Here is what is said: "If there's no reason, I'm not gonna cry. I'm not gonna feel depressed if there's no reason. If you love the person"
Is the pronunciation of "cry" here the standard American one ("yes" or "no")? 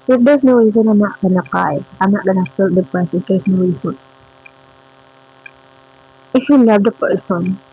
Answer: no